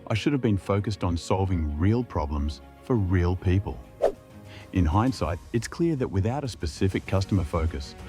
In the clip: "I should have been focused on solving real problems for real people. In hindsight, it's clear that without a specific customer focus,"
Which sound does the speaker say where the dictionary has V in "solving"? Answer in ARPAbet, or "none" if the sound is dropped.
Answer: V